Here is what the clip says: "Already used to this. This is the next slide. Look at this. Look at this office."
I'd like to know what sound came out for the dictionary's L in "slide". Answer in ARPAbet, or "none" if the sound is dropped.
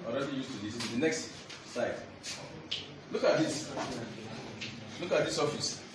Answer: none